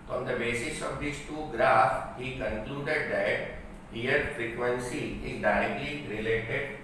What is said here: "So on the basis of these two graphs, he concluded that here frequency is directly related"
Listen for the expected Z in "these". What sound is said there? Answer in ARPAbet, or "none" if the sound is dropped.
S